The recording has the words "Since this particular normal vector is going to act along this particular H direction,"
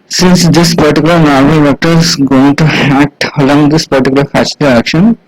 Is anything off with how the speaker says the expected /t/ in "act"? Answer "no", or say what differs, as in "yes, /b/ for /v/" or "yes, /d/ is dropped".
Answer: no